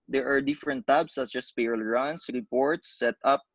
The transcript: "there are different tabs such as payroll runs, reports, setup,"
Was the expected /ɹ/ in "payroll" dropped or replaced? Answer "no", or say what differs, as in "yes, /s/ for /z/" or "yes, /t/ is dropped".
yes, /ɹ/ is dropped